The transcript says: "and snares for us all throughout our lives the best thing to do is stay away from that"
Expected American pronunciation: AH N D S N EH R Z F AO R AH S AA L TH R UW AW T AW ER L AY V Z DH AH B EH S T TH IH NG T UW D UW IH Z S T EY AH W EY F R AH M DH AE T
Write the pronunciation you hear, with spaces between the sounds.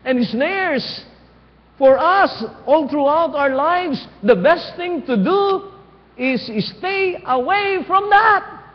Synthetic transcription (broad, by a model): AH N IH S N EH R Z F AO R AH S AA L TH R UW AW T AW ER L AY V S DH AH B EH S T TH IH NG T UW D UW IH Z S T EY AH W EY F R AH M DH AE T